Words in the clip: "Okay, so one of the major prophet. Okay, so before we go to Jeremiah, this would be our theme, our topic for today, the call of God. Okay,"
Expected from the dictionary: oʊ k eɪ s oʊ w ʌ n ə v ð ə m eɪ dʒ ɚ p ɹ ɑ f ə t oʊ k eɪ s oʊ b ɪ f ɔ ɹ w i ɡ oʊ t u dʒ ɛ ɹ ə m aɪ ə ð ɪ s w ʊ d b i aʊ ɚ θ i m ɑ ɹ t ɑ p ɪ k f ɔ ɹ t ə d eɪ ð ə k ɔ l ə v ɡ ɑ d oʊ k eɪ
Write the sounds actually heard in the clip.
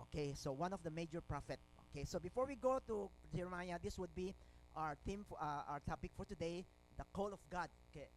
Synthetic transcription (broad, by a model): oʊ k eɪ s oʊ w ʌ n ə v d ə m eɪ dʒ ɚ p ɹ ɑ f ə t oʊ k eɪ s oʊ b ɪ f ɔ ɹ w i ɡ oʊ t u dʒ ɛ ɹ m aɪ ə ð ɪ s w ʊ d b i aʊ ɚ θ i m ɑ ɹ t ɑ p ɪ k f ɔ ɹ t ə d eɪ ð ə k ɔ l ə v ɡ ɑ d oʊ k eɪ